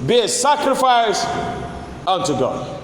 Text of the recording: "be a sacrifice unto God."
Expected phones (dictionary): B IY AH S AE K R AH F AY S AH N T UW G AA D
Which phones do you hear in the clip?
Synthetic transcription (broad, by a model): B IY AH S AE K R AH F AY S AH N T UW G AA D